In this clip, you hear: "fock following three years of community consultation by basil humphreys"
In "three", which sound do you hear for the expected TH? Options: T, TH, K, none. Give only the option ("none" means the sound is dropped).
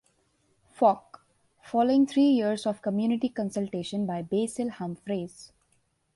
T